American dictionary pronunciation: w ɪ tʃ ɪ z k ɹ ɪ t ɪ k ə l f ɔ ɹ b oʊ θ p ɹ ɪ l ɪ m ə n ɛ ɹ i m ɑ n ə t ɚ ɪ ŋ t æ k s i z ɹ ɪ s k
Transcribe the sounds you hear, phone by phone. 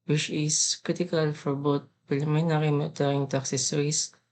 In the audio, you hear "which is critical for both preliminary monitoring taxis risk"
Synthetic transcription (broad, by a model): w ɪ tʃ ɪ s k ɹ ɪ t ɪ k ə l f ɔ ɹ b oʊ t p ɹ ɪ l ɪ m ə n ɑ ɹ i m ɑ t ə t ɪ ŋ t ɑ k s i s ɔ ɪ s